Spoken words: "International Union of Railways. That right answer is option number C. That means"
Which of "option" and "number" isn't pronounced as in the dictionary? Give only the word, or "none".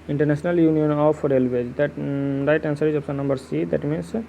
option